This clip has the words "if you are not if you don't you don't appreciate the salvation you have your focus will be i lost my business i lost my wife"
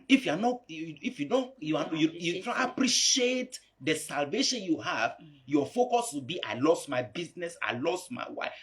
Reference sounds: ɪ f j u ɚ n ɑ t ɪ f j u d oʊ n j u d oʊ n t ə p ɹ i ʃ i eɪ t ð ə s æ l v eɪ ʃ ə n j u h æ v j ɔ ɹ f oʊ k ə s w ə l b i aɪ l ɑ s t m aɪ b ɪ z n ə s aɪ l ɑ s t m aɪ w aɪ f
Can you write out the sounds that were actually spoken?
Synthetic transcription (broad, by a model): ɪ f j u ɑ n ɑ t ɪ f j u d oʊ n j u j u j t ə p ɹ i ʃ i eɪ t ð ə s æ l v eɪ ʃ ə n j u h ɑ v j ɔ f oʊ k ə s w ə b i aɪ l ɑ s t m aɪ b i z n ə s aɪ l ɑ s t m aɪ w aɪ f